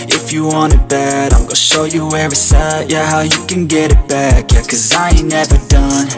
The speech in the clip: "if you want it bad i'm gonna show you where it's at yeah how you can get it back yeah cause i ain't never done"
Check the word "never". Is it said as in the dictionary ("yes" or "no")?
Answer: yes